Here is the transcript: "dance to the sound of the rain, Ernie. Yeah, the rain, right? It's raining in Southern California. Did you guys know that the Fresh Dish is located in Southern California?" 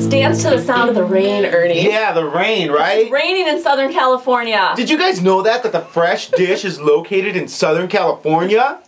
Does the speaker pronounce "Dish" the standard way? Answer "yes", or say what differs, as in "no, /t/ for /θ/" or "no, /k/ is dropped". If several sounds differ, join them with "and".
yes